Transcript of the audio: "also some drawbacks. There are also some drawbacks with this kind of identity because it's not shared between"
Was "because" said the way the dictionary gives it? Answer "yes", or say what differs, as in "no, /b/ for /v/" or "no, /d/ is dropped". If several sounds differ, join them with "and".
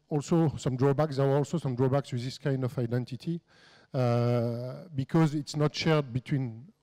yes